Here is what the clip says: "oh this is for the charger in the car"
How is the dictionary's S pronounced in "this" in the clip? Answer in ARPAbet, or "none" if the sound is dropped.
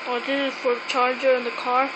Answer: none